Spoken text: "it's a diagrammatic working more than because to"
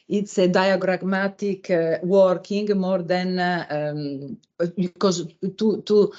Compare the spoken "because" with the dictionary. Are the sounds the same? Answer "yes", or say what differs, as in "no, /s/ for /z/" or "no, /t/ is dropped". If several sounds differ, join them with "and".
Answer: no, /z/ is dropped